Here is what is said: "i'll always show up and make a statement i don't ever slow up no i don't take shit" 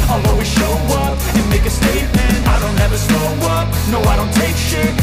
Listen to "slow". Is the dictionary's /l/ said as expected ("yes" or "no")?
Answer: no